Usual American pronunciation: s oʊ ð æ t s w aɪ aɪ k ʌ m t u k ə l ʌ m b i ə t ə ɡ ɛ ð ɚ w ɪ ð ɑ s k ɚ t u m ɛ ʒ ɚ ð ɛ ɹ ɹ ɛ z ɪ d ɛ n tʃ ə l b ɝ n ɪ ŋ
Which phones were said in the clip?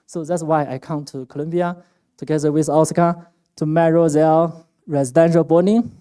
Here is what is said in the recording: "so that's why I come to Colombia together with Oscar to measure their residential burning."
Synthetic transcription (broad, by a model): s oʊ ð æ t s w aɪ aɪ k ʌ m t u k ə l ʌ m b i ə t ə ɡ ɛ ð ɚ w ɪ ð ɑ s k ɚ t u m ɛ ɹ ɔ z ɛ l ɹ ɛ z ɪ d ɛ n ʃ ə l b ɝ n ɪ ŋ